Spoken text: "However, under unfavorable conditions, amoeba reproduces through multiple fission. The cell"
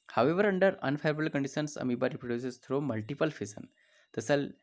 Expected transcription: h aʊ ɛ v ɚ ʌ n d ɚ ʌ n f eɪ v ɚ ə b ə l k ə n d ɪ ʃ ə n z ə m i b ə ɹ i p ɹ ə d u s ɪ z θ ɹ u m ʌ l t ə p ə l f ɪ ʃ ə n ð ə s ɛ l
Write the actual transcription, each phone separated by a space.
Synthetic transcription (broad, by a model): h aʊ ɛ v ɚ ʌ n d ɚ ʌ n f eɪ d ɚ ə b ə l k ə n d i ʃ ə n s ə m i b ə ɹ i p ɹ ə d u s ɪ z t ɹ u m ʌ l t ə p ə l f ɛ s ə n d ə s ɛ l